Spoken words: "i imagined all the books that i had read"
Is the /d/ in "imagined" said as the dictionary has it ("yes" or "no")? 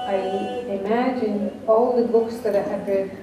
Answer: no